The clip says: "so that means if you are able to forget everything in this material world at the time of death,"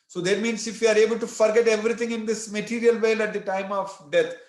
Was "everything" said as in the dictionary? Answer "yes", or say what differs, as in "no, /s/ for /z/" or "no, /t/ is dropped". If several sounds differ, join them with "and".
no, /t/ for /θ/